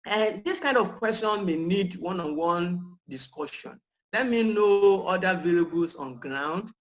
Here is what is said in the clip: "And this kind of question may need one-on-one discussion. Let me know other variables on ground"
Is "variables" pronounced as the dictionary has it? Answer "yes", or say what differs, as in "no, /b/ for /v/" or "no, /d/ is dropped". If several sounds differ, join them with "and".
no, /l/ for /ɹ/